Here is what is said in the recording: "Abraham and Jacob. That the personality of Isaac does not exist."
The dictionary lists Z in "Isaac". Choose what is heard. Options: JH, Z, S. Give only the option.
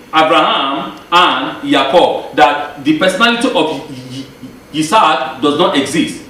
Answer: S